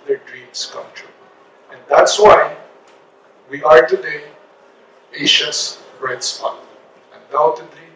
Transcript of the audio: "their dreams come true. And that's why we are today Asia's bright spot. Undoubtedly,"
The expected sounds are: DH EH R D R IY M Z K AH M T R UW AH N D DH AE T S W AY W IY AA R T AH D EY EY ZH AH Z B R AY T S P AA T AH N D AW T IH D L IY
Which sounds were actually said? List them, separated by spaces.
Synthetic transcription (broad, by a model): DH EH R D R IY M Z K AH M T R UW AH N D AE T S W AY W IY AA R T AH D EY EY SH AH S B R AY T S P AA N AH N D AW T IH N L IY